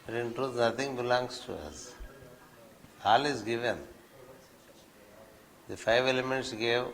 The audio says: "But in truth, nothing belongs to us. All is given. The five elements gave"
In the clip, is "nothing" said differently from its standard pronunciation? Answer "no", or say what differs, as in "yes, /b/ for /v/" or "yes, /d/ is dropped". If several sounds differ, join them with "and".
yes, /t/ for /θ/